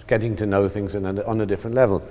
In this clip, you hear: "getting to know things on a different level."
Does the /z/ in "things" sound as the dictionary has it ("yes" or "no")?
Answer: yes